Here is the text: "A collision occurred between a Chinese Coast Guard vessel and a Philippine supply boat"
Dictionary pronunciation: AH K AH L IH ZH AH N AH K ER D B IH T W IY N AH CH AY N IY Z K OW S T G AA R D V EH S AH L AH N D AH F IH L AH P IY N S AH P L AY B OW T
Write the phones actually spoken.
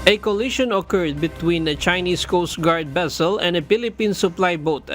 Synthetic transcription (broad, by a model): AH K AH L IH SH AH N AH K ER D B IH T W IY N AH CH AY N IY S K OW S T G AA R D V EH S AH L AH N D AH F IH L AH P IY N S AH P L AY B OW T